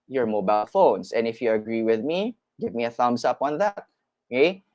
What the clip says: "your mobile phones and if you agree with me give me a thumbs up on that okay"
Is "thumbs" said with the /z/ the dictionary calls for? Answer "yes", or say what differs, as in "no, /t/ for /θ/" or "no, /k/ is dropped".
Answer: no, /s/ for /z/